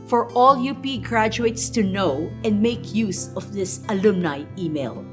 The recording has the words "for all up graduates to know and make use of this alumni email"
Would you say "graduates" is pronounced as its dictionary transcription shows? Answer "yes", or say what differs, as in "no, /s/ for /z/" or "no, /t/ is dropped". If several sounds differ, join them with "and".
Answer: yes